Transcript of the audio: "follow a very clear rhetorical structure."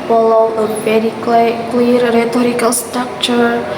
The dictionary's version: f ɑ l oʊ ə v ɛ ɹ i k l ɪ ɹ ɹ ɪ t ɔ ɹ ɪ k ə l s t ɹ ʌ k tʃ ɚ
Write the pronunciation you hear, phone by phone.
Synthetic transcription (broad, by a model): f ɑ l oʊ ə p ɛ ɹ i k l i ɹ ɹ ɪ t ɔ ɹ ɪ k ə l s t ɹ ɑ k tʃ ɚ